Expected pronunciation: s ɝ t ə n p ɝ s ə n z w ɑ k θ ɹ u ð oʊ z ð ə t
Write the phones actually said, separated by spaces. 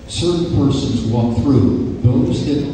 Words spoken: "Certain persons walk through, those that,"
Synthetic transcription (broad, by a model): s ɝ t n p ɝ s ə n z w ɑ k θ ɹ u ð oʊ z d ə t